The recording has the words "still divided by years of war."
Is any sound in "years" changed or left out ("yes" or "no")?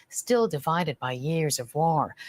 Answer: no